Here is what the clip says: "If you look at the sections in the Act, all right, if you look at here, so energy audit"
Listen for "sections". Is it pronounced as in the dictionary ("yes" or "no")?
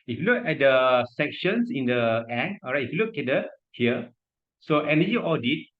no